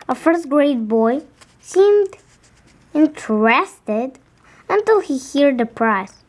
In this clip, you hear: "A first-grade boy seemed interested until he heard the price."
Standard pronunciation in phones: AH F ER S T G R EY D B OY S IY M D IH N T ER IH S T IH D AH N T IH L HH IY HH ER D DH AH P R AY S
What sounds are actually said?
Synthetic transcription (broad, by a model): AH F ER S T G R EY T B OY S IY M D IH N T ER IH S T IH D AH N T IH L HH IY HH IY D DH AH P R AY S